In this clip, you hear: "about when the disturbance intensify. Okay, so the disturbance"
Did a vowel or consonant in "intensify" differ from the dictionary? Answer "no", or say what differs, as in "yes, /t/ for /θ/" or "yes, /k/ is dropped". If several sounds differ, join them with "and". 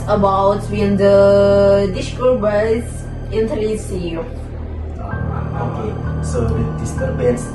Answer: yes, /n/ is dropped and /f/ is dropped